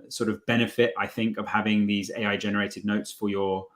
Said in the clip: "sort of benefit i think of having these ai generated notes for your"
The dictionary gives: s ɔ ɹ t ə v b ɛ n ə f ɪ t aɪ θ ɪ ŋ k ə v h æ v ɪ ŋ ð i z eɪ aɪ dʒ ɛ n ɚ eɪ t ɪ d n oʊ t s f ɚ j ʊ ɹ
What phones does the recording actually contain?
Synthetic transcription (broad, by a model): s ɔ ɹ t ə v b ɛ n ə f ɪ t aɪ θ ɪ ŋ k ə v h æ v ɪ ŋ ð i z eɪ aɪ dʒ ɛ n ɚ eɪ t ɪ d n oʊ t s f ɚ j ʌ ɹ